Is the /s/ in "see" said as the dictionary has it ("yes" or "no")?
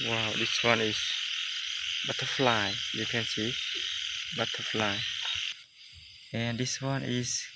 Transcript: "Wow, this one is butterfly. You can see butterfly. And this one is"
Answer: yes